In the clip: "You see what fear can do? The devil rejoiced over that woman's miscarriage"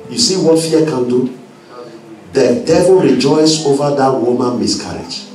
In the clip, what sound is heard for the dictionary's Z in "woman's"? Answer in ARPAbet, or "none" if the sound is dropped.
none